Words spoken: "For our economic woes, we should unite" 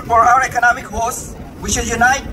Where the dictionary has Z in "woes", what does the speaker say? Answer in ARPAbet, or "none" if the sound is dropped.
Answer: S